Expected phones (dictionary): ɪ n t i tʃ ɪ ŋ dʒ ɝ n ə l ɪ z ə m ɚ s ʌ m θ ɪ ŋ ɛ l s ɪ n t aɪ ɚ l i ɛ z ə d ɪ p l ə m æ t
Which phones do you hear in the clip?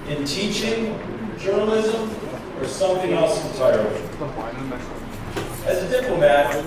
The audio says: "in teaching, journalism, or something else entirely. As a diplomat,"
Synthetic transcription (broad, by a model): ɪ n t i tʃ ɪ ŋ dʒ ɝ n ə l ɪ z ə m ɚ s ʌ m θ ɪ ŋ ɛ l s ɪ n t aɪ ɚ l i z ə d ɪ p l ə m æ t